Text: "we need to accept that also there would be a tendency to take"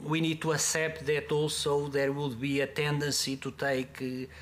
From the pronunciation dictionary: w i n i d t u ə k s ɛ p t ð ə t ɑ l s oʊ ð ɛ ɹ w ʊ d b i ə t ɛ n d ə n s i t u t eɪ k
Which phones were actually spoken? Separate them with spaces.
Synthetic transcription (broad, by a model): w i n i d t u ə s ɛ p t ð ə t ɑ l s oʊ ð ɛ ɹ w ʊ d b i ə t ɛ n d ə n s i t u t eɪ k